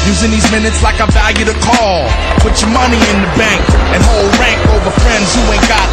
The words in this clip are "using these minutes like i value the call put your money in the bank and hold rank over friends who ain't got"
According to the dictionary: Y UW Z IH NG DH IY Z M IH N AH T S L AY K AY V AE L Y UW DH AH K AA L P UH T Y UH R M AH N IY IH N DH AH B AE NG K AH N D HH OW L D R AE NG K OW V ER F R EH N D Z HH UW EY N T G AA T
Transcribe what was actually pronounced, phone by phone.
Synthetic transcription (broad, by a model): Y UW Z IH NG DH IY Z M IH N AH T S L AY K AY V AE L Y UW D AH K AA L P UH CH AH R M AH N IY IH N DH AH B AE NG K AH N HH OW L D R AE NG K OW V ER F R EH N D Z HH UW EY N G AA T